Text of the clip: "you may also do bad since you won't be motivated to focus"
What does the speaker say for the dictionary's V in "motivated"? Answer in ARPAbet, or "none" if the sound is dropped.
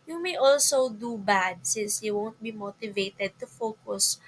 V